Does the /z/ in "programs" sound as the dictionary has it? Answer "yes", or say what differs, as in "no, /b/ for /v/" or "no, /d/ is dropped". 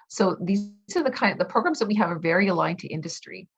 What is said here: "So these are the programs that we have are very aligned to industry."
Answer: yes